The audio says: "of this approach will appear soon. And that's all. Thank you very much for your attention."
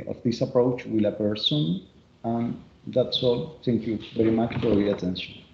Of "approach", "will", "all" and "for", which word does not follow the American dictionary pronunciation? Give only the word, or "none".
none